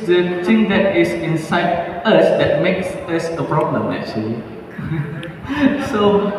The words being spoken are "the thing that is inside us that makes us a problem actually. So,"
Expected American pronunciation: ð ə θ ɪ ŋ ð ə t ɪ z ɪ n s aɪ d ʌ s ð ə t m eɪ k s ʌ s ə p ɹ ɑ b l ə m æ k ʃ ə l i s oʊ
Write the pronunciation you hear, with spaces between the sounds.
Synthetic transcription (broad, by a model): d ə t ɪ ŋ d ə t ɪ s ɪ n s aɪ d ʌ s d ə t m eɪ k s ʌ s ə p ɹ ɑ b l ə m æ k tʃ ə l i s oʊ